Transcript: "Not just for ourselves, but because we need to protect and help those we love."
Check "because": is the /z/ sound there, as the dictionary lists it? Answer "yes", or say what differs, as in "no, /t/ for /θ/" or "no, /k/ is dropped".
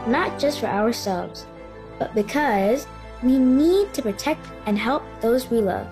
yes